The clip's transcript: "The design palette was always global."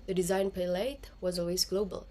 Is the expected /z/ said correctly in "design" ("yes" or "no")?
yes